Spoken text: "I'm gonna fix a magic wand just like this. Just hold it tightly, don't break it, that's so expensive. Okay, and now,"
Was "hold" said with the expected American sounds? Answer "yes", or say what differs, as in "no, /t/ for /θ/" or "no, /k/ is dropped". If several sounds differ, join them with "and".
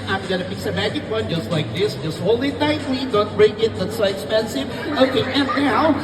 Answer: no, /d/ is dropped